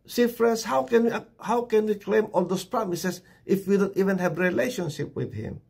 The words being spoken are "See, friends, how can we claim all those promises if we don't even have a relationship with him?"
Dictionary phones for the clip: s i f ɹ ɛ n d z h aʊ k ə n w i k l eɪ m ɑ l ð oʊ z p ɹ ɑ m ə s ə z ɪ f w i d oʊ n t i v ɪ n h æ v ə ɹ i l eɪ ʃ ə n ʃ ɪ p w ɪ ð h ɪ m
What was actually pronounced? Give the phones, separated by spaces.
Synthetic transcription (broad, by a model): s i f ɹ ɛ n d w h aʊ k ə n w i k l eɪ m ɑ l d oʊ s p ɹ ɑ m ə s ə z ɪ f w i d oʊ n t i v ɪ n h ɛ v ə ɹ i l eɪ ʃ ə n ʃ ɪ p w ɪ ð h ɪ m